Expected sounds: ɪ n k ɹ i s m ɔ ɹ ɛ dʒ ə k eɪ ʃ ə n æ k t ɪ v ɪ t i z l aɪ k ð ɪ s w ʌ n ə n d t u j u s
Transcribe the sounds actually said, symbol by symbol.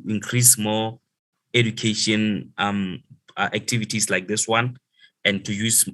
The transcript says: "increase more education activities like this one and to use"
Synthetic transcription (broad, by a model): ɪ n k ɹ i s m ɔ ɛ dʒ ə k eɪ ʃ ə n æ k t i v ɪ t i s l aɪ k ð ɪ s w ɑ n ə n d t u j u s